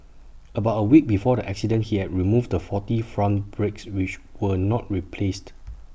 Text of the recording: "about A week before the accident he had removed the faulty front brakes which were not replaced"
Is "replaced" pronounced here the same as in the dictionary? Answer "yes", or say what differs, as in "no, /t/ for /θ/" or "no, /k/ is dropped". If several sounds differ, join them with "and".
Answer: yes